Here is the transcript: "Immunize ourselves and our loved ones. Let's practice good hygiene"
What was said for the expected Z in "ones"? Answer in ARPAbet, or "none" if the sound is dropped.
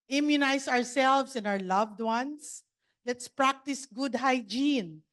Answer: S